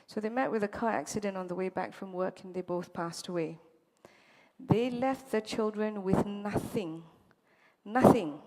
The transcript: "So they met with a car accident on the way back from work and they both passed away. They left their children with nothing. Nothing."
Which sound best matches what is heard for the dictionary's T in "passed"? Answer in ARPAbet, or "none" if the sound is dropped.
T